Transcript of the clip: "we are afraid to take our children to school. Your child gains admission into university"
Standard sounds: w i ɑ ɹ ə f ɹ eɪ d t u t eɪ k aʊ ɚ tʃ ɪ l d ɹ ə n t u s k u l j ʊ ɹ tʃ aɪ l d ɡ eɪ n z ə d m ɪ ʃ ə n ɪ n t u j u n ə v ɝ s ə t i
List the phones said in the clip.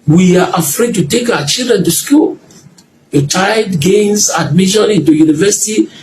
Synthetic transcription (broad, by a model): w i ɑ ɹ ə f ɹ eɪ d t u t eɪ k aʊ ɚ tʃ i l d ɹ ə n t u s k u l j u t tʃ aɪ d ɡ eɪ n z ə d m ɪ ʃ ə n ɪ n t u j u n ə v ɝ s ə t i